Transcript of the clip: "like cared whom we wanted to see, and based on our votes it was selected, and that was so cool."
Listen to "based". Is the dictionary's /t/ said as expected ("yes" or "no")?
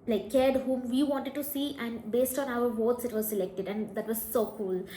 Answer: yes